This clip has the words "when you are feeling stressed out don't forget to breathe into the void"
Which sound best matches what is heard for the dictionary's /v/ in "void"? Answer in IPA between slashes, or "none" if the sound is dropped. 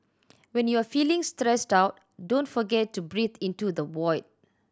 /w/